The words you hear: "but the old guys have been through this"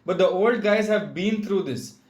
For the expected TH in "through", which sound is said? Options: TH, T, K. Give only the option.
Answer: T